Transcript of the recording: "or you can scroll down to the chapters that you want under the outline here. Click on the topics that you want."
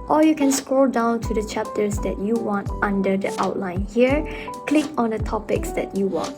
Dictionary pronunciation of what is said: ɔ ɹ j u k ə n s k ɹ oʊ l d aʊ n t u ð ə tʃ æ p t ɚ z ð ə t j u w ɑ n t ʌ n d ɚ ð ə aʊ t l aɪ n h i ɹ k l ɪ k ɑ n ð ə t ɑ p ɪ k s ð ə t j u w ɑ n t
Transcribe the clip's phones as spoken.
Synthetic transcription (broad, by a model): ɔ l j u k ə n s k ɹ oʊ l d aʊ n t u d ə tʃ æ p t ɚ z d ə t j u w ɑ n t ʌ n d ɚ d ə aʊ t l aɪ n h i ɹ k l ɪ k ɑ n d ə t ɑ p ɪ k s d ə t j u w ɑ n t